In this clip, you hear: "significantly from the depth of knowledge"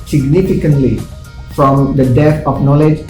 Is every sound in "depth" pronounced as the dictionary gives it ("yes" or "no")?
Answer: no